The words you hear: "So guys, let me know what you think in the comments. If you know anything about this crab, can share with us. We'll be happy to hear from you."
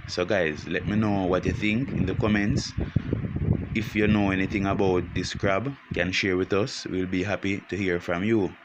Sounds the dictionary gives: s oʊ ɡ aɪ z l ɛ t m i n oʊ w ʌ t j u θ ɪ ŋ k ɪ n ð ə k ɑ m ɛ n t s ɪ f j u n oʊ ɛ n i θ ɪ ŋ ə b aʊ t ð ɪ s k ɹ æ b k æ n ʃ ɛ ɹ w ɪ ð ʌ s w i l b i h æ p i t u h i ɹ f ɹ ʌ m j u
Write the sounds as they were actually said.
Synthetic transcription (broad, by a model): s oʊ ɡ aɪ z l ɛ t m i n oʊ w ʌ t j u θ ɪ ŋ k ɪ n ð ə k ɑ m ɛ n t s ɪ f j u n oʊ ɛ n i θ ɪ ŋ ə b aʊ t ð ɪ s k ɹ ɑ b k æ n ʃ ɛ ɹ w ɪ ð ʌ s w i l b i h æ p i t u h i ɹ f ɹ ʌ m j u